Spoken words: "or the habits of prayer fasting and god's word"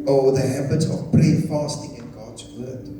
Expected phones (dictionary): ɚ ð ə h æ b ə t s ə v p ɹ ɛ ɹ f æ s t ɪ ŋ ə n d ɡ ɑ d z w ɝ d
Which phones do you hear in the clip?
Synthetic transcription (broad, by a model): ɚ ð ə h æ b ə t s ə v b ɹ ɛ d f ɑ s t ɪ ŋ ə n ɡ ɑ d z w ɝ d